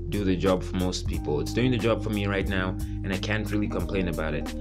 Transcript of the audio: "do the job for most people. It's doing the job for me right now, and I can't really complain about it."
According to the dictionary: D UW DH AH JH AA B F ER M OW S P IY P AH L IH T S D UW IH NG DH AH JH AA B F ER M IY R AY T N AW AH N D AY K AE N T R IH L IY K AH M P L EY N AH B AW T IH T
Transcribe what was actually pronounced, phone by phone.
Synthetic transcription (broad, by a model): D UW DH AH JH AA B F ER M OW S P IY P L IH T S D UW IH NG DH AH JH AA B F ER M IY R AY T N AW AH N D AY K AE N T R IH L IY K AH M P L EY N AH B AW T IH T